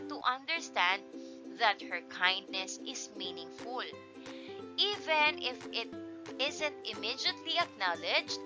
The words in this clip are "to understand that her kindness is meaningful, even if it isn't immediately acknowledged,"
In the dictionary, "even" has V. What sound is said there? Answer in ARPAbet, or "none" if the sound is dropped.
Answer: V